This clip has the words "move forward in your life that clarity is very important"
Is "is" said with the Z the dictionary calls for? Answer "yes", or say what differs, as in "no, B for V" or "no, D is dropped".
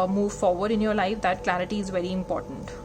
yes